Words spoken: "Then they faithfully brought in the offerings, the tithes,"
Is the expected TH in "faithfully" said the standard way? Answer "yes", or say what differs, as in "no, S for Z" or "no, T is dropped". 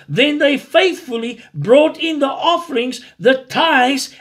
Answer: yes